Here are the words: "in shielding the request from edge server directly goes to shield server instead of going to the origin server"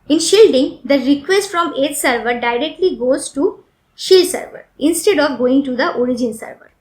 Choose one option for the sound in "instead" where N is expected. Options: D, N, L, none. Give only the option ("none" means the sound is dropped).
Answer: N